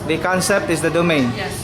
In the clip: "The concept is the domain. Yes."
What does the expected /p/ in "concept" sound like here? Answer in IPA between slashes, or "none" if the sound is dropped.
/p/